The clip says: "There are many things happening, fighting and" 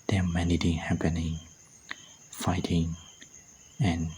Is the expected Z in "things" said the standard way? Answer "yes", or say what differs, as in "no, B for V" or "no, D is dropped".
no, Z is dropped